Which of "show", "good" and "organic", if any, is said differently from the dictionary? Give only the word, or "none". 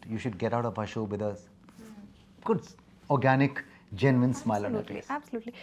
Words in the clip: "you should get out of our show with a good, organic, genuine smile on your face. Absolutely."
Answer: none